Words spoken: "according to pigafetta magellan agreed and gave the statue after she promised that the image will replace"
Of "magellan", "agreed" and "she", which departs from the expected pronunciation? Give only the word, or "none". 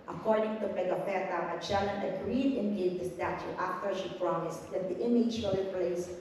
magellan